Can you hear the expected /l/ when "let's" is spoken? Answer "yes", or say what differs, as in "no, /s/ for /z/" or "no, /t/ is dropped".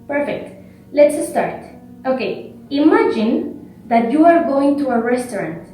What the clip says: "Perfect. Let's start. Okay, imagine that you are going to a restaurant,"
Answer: yes